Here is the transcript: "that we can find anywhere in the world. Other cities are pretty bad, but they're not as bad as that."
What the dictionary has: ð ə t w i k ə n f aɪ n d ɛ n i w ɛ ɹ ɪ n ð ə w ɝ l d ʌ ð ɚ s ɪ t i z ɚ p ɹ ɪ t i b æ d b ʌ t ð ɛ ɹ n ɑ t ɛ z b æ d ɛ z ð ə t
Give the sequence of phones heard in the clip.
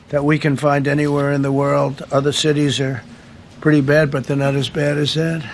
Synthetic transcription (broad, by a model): ð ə t w i k ə n f aɪ n d ɛ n i w ɛ ɹ ɪ n ð ə w ɝ l d ʌ ð ɚ s ɪ t i z ɚ p ɹ ɪ t i b æ d b ʌ t ð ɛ ɹ n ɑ t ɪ z b æ d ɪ z ð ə t